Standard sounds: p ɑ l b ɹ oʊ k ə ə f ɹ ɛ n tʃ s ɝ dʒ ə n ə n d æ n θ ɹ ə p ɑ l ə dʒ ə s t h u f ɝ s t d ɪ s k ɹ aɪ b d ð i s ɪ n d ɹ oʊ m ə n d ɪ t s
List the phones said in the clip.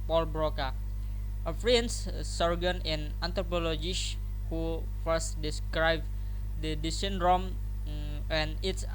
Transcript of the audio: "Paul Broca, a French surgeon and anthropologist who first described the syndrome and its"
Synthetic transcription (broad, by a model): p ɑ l b ɹ oʊ k ə ə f ɹ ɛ n s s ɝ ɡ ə n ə n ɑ n t ɹ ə p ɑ l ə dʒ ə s h u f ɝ s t d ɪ s k ɹ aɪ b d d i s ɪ n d ɹ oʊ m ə n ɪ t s